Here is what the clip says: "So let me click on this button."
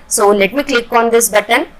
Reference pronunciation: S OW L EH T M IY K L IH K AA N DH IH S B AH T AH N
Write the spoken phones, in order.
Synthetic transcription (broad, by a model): S OW N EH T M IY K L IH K AA N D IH S B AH T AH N